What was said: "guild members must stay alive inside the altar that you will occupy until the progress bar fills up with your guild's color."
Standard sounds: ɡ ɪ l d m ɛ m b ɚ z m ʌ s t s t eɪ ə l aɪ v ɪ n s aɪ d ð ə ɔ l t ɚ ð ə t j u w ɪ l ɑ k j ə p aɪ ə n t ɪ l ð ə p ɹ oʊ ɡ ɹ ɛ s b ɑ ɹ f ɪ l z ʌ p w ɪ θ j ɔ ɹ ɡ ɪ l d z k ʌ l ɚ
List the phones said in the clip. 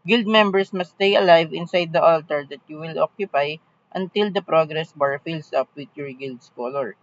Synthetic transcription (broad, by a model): ɡ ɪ l d m ɛ m b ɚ s m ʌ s s t eɪ ə l aɪ v ɪ n s aɪ d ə ɔ l t ɚ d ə t j u w ɪ l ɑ k j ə p aɪ ə n t ɪ l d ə p ɹ oʊ ɡ ɹ ɛ s b ɑ ɹ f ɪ l s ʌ p w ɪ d j ɔ ɹ ɡ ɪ l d s k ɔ l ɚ